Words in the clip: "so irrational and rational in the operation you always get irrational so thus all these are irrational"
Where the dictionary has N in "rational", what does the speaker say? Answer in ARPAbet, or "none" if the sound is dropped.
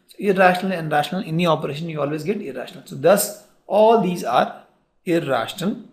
N